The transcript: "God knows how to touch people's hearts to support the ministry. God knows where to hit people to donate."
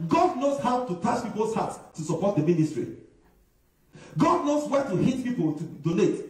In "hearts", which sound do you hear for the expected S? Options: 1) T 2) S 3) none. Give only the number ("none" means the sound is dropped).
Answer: 3